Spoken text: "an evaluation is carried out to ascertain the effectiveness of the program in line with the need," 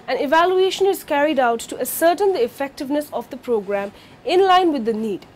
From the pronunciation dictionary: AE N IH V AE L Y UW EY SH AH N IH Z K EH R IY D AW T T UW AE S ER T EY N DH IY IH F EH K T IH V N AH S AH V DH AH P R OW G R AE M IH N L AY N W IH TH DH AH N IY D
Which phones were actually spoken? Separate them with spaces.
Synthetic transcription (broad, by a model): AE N IH V AE L Y UW EY SH AH N IH Z K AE R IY D AW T T UW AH S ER T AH N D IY IH F EH K T IH V N AH S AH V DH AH P R OW G R AE M IH N L AY N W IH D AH N IY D